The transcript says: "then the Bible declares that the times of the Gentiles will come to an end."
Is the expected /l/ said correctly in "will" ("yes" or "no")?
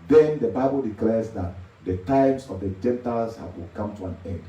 no